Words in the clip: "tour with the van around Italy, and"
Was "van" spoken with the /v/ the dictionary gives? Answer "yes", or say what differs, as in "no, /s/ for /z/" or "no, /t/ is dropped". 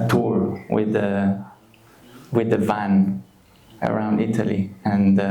yes